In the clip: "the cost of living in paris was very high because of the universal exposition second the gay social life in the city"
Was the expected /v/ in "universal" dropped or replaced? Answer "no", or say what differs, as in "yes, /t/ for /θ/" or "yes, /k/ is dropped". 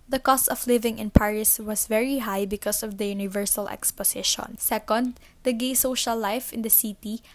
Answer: no